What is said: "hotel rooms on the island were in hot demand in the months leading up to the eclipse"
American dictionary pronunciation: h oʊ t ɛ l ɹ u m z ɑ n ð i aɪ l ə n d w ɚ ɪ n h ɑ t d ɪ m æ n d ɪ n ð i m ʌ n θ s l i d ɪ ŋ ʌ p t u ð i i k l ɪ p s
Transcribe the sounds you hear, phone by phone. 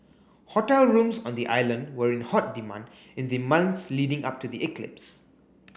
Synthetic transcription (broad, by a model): h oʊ t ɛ l ɹ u m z ɑ n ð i aɪ l ə n d w ɚ ɪ n h ɑ t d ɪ m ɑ n d ɪ n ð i m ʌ n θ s l i d ɪ ŋ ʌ p t u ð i i k l ɪ p s